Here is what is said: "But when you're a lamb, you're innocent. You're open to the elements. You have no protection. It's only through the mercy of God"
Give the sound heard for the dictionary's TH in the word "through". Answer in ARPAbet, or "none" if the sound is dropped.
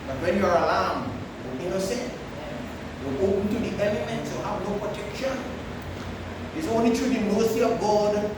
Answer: T